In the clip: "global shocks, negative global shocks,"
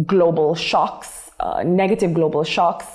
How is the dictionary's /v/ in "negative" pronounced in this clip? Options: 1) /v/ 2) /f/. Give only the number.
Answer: 1